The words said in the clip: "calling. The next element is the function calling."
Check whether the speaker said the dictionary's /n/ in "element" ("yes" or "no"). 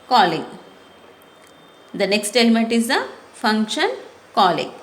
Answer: yes